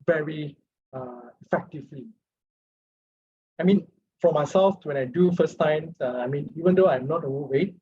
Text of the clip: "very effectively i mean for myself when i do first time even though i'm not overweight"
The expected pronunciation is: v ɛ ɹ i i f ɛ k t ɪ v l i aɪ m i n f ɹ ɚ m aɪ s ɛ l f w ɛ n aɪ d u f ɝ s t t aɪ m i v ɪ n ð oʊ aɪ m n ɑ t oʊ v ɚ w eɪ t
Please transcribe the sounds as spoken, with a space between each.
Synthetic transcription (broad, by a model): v ɛ ɹ i i f ɛ k t ɪ v l i aɪ m i n f ɹ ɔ m aɪ s ɛ l f w ɛ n aɪ d u f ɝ s t s aɪ m i v ɪ n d oʊ aɪ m n ɑ t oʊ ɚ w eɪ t